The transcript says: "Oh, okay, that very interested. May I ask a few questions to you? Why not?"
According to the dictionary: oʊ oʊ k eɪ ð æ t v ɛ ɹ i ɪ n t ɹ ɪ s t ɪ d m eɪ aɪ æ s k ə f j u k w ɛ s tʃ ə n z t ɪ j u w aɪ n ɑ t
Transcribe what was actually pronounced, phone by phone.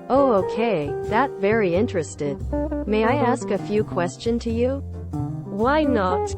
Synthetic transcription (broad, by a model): oʊ oʊ k eɪ ð æ t v ɛ ɹ i ɪ n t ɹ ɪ s t ɪ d m eɪ aɪ æ s k ə f j u k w ɛ s tʃ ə n t ɪ j u w aɪ n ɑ t